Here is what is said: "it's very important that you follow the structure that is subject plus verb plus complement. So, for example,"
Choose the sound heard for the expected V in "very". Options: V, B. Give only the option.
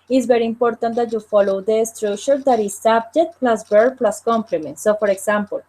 B